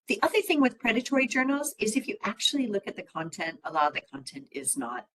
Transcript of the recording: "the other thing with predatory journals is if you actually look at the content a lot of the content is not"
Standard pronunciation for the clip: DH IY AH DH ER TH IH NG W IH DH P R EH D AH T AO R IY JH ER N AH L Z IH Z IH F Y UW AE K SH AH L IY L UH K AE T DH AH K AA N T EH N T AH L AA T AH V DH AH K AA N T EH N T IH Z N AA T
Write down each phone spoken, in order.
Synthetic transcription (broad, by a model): DH IY AH DH ER TH IH NG W IH DH P R EH D AH T AO R IY JH ER N L Z IH Z IH F Y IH AE K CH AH L IY L UH K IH T DH AH K AA N T EH N T AH L AA AH DH AH K AA N T EH N T IH Z N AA T